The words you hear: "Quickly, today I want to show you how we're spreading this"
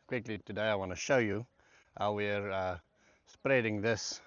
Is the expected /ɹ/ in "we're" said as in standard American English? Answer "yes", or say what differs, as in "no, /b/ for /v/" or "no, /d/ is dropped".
yes